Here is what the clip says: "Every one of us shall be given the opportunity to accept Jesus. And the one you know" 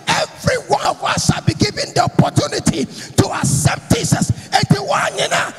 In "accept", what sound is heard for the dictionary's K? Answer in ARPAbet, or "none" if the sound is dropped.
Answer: none